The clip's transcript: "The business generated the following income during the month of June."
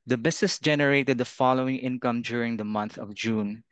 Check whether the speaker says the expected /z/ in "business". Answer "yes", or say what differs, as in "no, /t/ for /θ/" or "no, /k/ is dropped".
no, /s/ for /z/